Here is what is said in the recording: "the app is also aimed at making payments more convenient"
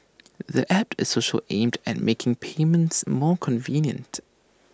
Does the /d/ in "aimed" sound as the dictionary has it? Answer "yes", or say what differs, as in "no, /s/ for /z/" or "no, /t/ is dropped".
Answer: yes